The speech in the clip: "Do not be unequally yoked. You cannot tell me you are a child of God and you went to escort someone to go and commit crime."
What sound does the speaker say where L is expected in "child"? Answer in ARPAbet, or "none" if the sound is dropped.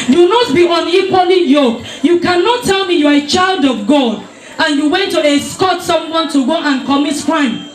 L